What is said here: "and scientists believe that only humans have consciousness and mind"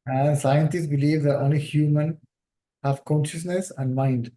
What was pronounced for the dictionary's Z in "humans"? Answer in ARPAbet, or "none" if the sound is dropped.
none